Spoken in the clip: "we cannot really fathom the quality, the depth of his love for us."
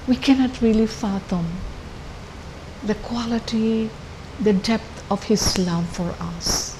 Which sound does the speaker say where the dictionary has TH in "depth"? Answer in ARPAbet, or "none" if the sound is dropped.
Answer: T